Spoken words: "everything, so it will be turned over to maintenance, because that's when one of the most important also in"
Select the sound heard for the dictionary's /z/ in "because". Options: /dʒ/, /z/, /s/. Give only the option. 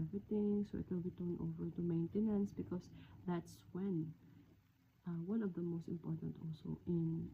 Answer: /s/